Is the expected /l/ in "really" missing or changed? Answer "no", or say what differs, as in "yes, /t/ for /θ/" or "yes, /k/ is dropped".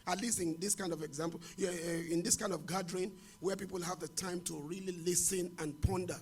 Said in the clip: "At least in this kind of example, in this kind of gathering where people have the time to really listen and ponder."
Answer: no